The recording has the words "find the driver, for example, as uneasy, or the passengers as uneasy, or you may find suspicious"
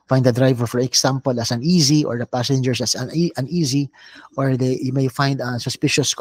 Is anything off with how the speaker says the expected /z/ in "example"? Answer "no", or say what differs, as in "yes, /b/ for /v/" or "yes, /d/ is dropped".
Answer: yes, /s/ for /z/